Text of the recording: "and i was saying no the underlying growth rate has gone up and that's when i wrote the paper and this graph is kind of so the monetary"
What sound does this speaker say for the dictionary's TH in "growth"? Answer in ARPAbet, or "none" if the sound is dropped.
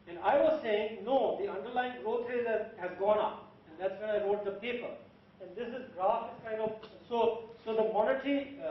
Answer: T